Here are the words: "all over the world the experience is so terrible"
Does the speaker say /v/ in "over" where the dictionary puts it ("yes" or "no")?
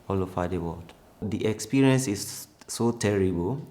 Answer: no